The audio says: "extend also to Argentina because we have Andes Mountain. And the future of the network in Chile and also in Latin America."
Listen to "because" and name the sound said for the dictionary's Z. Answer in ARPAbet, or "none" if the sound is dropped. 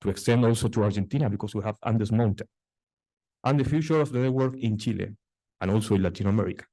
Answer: S